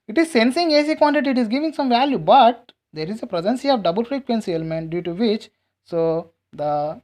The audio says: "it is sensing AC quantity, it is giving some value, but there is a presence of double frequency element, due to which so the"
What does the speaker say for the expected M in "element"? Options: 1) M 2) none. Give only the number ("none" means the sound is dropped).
1